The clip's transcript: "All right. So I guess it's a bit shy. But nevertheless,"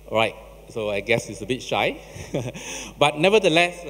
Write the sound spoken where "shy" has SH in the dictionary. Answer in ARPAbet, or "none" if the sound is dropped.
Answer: SH